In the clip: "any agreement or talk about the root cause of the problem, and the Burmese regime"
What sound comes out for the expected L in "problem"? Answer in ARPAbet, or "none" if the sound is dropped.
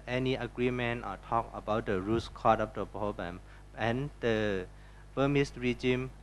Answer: none